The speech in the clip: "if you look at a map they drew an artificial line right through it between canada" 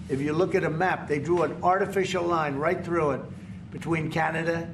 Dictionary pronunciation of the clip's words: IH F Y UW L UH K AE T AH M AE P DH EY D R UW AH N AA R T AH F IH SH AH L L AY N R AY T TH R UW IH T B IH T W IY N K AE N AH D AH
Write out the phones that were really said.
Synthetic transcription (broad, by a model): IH F Y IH L UH K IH T AH M AE P DH EY D R UW AH N AA R T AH F IH SH L L AY N R AY T TH R UW IH T B IH T W IY N K AE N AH D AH